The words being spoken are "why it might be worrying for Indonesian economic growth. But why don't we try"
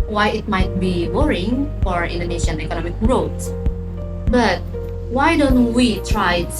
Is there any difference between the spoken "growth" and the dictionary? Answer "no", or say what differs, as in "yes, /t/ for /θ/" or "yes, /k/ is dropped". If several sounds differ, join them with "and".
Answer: yes, /s/ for /θ/